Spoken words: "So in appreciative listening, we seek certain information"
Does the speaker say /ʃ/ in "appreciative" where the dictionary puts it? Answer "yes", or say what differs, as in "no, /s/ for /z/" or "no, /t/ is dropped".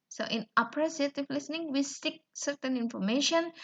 no, /s/ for /ʃ/